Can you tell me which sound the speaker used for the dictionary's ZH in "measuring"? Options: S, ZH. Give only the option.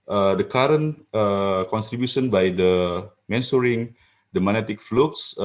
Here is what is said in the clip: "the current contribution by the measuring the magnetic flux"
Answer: S